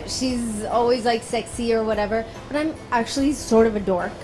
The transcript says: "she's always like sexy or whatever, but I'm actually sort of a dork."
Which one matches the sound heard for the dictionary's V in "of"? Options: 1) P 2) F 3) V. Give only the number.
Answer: 3